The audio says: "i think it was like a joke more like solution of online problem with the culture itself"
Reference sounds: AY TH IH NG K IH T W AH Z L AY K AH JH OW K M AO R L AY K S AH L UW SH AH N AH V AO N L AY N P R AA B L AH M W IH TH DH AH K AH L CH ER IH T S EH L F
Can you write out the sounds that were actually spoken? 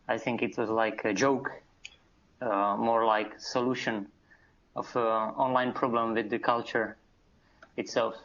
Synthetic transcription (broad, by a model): AY TH IH NG K IH T W AH Z L AY K AH JH OW K M AO R L AY K S AH L UW SH AH N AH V AO N L AY N P R AA B L AH M W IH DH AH K AH L CH ER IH T S EH L F